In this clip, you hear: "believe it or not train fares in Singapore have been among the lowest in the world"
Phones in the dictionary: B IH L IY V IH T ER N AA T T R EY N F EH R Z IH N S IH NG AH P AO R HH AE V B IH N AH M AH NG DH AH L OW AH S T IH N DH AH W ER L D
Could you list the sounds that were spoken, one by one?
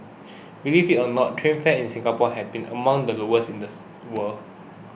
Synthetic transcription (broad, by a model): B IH L IY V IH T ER N AA T T R EY N F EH IH N S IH NG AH P AO HH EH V B IH N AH M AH NG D AH L OW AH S IH N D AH W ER L